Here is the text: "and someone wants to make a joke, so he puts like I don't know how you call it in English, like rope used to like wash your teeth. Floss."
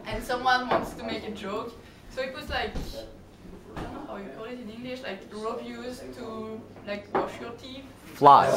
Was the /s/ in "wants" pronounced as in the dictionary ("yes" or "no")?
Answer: yes